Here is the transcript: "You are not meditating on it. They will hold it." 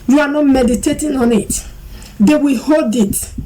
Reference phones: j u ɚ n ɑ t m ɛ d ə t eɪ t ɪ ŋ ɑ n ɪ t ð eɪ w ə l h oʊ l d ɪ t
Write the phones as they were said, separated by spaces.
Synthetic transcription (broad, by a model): j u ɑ n ɑ t m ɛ d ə t eɪ t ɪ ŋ ɑ n ɪ t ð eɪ w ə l h oʊ l d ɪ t